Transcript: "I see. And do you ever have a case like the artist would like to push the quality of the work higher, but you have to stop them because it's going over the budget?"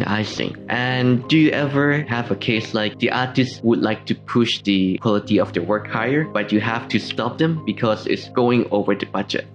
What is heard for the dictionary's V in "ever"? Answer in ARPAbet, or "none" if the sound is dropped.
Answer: V